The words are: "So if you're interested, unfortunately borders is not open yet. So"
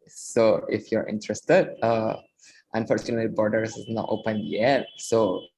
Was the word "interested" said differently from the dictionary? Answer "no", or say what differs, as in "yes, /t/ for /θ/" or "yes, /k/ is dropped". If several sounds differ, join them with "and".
no